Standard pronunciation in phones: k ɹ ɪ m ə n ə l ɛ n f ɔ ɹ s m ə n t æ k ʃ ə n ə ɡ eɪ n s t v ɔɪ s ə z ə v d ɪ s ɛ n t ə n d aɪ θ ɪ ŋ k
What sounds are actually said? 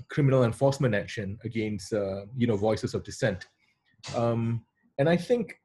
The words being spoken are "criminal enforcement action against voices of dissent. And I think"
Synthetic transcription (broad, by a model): k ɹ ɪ m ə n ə l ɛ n f ɔ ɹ s m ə n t æ k ʃ ə n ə ɡ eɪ n s t v ɔɪ s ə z ə v d ɪ s ɛ n t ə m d aɪ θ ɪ ŋ k